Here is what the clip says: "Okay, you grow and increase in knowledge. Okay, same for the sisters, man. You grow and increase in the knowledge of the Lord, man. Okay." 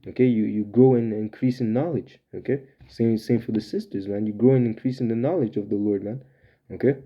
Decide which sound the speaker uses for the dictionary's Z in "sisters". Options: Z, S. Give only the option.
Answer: Z